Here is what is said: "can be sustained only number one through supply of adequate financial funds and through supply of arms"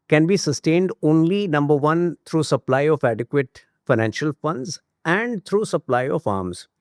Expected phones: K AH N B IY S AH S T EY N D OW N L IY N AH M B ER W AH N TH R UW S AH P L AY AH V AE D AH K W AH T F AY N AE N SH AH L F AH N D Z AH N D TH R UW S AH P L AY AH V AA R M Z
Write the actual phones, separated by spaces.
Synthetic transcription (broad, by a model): K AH N B IY S AH S T EY N D OW N L IY N AH M B ER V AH N T R UW S AH P L AY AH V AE D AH K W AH T F AY N AE N SH AH L F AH N D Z AH N D T R UW S AH P L AY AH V AA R M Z